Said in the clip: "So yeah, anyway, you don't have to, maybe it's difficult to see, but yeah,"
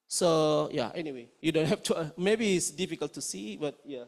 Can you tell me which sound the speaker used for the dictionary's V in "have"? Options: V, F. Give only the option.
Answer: F